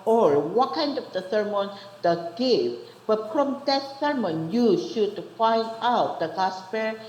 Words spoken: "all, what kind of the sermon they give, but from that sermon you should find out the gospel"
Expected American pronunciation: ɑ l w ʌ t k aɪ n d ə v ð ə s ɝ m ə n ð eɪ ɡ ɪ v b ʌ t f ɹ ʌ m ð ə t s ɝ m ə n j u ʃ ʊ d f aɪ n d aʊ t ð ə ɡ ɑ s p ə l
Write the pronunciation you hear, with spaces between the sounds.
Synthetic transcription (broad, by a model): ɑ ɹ w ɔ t k aɪ n d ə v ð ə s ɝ m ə n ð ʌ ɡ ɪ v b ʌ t f ɹ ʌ m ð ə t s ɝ m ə n j u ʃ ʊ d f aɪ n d aʊ t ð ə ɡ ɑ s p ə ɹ